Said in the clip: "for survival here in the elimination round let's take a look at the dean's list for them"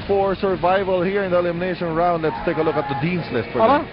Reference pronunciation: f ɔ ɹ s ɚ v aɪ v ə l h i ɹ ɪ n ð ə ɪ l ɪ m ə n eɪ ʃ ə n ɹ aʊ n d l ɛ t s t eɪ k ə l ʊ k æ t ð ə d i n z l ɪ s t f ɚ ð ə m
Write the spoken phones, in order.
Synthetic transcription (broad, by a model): f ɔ ɹ s ɚ v aɪ v ə l h i ɹ ɪ n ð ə ɪ l ɪ m ə n eɪ ʃ ə n ɹ aʊ n d l ɛ t s t eɪ k ə l ʊ k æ t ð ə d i n s l ɪ s t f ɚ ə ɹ